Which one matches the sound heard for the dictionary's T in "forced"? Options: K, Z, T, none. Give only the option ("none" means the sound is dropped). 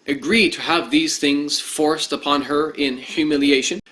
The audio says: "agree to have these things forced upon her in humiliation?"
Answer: T